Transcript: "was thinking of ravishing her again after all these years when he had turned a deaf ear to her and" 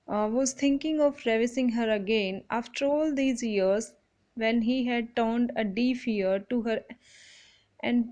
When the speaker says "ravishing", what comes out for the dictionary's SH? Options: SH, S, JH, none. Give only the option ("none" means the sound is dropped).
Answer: S